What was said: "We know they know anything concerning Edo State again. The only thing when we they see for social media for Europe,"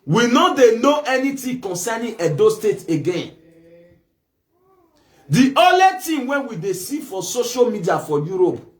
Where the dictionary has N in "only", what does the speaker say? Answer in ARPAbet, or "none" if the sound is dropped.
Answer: none